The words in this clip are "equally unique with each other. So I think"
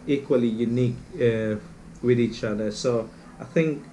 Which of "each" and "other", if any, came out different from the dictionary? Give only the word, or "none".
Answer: none